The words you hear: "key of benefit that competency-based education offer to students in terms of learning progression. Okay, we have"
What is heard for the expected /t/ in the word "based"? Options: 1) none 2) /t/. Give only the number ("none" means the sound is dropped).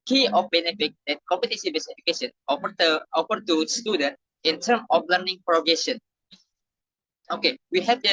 1